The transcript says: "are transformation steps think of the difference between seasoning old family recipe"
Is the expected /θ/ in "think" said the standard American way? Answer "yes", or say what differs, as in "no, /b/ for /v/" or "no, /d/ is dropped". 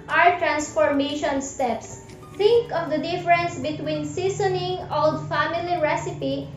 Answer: no, /t/ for /θ/